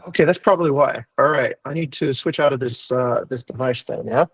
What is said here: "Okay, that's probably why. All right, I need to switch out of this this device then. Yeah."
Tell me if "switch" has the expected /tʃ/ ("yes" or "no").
yes